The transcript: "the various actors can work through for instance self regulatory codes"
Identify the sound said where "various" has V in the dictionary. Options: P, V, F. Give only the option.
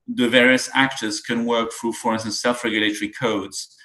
V